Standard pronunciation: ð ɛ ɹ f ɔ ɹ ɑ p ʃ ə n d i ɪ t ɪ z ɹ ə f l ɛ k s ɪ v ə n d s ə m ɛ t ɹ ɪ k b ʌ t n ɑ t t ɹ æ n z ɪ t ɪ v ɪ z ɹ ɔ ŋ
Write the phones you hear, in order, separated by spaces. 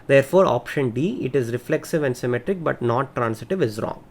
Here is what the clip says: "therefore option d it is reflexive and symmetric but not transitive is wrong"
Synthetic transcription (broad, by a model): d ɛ ɹ f ɔ ɹ ɑ p ʃ ə n d i ɪ t ɪ z ɹ ə f l ɛ k s ɪ v ə n d s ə m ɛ t ɹ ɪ k b ʌ t n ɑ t t ɹ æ n s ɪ t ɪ v ɪ z ɹ ɔ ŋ